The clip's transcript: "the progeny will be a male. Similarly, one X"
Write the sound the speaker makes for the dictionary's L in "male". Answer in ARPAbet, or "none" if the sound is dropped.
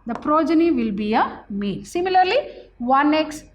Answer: N